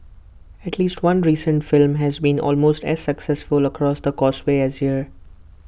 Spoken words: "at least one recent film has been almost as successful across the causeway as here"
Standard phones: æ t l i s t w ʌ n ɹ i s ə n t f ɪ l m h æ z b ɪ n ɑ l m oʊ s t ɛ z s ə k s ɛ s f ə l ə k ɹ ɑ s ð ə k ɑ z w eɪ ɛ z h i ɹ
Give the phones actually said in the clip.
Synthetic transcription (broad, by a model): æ t l i s t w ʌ n ɹ i s ə n t f ɪ l m h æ z b ɪ n ɑ l m oʊ s t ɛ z s ə k s ɛ s f ə l ə k ɹ ɑ s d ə k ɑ s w eɪ ɛ z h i ɹ